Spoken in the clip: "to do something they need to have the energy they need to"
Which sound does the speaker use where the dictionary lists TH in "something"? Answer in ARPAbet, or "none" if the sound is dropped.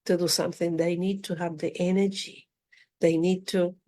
TH